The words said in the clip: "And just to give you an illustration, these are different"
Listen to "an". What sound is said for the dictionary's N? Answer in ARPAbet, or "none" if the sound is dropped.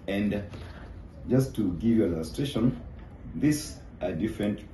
L